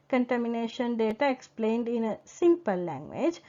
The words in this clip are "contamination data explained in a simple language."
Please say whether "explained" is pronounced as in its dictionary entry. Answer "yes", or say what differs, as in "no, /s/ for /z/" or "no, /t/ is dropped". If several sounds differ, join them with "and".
yes